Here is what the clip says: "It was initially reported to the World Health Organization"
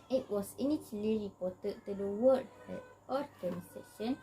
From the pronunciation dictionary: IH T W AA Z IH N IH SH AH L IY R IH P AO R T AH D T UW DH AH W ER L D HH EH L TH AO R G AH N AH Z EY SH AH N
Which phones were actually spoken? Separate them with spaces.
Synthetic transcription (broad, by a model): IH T W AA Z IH N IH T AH L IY R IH P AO T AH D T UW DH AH W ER D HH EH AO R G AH N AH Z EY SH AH N